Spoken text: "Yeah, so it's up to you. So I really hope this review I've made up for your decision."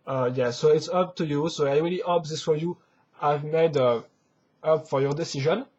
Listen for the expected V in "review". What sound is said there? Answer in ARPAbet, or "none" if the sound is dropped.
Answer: none